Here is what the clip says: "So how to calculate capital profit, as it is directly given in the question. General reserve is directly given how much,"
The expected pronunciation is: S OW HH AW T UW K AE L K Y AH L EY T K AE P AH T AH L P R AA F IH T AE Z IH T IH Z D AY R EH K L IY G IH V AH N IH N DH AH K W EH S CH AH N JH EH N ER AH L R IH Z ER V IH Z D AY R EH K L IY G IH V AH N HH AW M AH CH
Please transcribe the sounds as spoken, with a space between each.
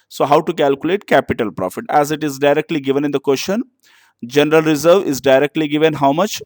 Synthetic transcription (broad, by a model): S OW HH AW T UW K AE L K Y AH L EY T K AE P AH T AH L P R AA F IH T AE Z IH T IH Z D AY R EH K L IY G IH V AH N IH N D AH K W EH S SH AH N JH EH N ER AH L R IH Z ER V IH Z D AY R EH K L IY G IH V AH N HH AW M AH CH